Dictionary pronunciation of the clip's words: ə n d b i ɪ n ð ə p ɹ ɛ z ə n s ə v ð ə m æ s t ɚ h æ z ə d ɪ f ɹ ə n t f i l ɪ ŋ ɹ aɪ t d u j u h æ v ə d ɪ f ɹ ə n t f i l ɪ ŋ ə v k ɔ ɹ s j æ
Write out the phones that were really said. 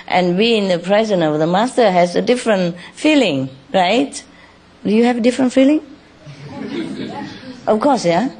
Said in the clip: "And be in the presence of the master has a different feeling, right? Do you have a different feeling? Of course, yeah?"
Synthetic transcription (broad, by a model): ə n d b i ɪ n ð ə p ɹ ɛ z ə n ə v ð ə m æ s t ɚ h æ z ə d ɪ f ɹ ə n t f i l ɪ ŋ ɹ aɪ t d u j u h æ v ə d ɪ f ɹ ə n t f i l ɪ ŋ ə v k ɔ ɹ s j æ